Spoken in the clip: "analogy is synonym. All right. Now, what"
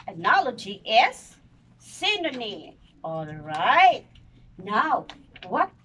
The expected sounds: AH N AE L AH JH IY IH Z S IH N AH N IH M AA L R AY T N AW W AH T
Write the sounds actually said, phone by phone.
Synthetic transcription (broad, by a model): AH N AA L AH JH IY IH S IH N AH N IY AA L R AY T N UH W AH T